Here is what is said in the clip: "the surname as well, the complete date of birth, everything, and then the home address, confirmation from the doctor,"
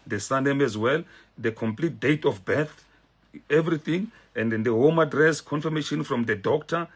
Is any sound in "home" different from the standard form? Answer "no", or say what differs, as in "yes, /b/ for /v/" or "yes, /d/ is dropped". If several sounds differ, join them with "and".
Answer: no